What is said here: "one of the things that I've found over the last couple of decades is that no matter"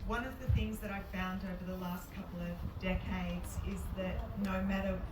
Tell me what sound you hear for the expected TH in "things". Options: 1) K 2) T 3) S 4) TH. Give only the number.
4